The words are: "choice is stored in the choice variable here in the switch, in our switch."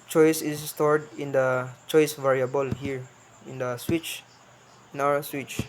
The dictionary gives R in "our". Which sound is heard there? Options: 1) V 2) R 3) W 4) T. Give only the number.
3